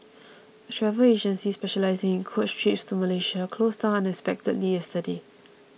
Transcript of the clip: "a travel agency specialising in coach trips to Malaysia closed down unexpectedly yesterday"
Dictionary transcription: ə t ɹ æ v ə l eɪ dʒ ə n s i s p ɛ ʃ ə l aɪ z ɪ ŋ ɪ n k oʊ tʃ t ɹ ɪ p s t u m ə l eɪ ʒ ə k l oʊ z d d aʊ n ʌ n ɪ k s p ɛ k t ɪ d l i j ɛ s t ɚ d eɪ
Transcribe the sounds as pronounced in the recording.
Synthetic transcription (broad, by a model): ə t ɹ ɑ v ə eɪ dʒ ə n s i s p ɛ ʃ ə l aɪ z ɪ ŋ ɪ n k oʊ tʃ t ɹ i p s t u m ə l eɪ ʃ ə k l oʊ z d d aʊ ʌ n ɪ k s p ɛ k t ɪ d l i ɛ s t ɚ d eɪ